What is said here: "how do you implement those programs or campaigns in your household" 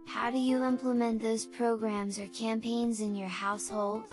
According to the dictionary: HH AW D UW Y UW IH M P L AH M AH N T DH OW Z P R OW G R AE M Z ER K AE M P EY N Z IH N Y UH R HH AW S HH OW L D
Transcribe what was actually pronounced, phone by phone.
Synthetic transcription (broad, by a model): HH AW D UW Y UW IH M P L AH M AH N DH OW Z P R OW G R AE M Z ER K AE M P EY N Z IH N Y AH R HH AW S HH OW L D